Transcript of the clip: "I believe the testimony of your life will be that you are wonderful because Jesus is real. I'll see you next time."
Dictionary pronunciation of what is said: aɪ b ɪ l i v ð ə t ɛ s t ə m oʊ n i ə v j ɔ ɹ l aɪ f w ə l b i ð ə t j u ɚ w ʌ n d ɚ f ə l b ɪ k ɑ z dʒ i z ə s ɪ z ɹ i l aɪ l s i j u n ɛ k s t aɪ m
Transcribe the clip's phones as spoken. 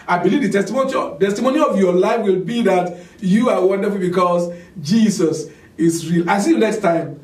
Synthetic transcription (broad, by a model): aɪ b ɪ l i v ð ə t ɛ s t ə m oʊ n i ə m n ɔ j l aɪ f w ə l b i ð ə t j u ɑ w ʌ n d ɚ f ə l b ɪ k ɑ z dʒ i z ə s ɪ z ɹ i l aɪ s i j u n ɛ k s t aɪ m